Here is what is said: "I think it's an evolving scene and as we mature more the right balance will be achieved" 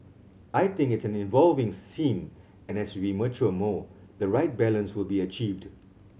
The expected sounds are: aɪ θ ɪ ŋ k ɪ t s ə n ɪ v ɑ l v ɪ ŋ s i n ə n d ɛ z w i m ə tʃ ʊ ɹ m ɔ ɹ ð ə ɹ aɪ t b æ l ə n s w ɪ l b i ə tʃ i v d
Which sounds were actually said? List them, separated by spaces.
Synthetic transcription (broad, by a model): aɪ t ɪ ŋ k ɪ t s ə n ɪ v ɑ l v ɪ ŋ s i n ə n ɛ s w i m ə tʃ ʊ m ɔ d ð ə ɹ aɪ t b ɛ l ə n s w ɪ l b i ə tʃ i v d